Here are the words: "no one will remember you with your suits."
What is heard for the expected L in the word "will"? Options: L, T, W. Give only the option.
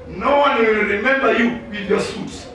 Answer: W